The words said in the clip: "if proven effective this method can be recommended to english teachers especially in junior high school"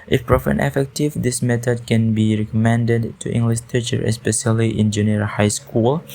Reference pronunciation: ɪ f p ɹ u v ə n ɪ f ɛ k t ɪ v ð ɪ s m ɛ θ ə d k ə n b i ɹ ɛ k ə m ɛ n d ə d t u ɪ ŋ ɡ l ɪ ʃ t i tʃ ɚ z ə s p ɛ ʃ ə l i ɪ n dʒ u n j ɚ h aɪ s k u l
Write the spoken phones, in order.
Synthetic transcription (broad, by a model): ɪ f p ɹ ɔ f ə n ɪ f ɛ k t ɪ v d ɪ s m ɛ t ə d k ə n b i ɹ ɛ k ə m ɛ n d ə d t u ɪ ŋ ɡ l ɪ ʃ t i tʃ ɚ ə s p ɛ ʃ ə l i ɪ n dʒ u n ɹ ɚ h aɪ s k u l